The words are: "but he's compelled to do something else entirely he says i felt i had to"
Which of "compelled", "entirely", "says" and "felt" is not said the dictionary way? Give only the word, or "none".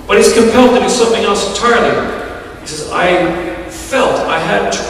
entirely